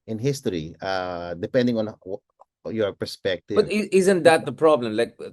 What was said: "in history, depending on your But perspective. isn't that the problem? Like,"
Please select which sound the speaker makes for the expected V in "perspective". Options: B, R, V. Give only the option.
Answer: B